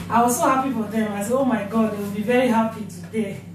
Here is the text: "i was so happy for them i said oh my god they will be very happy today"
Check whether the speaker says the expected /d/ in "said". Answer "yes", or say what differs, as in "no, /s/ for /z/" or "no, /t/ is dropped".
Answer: no, /d/ is dropped